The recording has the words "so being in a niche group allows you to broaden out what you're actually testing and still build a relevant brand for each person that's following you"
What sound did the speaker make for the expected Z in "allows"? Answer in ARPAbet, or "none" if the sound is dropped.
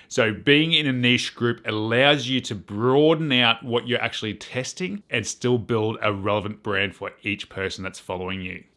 Z